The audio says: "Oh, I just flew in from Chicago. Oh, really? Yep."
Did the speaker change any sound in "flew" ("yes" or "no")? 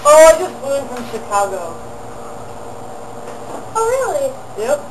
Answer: yes